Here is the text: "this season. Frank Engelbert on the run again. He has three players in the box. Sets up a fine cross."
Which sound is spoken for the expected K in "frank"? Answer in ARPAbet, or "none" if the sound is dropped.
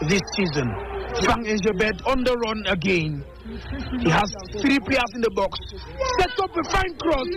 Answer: none